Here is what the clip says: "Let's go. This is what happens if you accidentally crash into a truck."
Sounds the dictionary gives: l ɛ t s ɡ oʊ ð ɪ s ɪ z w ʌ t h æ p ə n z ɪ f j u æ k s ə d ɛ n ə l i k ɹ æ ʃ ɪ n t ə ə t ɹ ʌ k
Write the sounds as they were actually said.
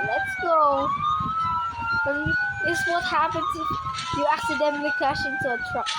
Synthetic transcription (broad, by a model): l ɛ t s ɡ oʊ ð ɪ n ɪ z w ʌ t h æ p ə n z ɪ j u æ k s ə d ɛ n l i k w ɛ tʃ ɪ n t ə ə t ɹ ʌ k